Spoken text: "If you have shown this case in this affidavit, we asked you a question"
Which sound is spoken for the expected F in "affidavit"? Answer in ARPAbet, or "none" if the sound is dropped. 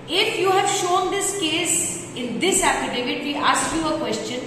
P